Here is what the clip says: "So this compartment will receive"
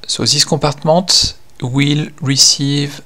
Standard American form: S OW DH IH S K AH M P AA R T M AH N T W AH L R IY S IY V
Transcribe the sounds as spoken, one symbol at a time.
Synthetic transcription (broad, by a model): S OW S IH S K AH P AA R T M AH T W AH L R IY S IY V